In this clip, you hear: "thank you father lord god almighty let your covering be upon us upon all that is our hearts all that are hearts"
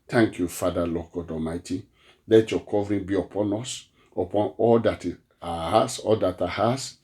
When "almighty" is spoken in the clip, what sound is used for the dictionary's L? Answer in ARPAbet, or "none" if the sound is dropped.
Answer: none